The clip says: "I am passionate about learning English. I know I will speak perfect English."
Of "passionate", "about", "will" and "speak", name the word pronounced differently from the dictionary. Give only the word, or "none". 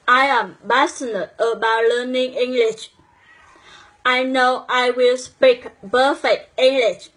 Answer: passionate